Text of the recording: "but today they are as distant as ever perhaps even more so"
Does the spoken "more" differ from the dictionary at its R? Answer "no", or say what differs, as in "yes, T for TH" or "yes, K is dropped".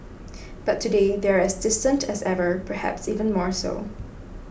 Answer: no